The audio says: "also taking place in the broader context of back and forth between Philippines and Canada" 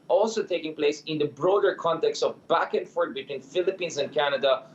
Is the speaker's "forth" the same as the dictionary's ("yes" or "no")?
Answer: no